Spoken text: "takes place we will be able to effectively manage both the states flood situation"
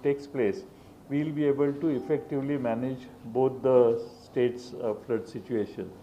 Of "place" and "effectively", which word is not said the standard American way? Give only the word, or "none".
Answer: none